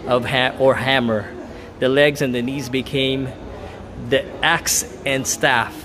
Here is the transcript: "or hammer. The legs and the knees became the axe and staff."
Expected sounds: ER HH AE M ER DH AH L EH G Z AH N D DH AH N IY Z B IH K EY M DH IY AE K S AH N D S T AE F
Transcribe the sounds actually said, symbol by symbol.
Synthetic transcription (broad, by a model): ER HH AE M ER DH AH L EH G Z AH N DH AH N IY Z B IH K EY M DH IY AE K S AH N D S T AE F